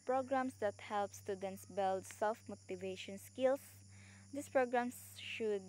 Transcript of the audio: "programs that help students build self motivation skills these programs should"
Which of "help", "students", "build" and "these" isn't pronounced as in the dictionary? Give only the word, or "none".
these